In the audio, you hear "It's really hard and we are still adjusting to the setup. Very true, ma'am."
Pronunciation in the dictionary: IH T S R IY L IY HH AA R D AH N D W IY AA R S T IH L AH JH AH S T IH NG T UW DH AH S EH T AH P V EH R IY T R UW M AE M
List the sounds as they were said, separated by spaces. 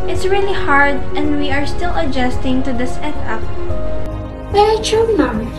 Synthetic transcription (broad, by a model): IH T S R IY L IY HH AA R D AH N D W IY AA R S T IH L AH JH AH S T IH NG T UW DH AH S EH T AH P B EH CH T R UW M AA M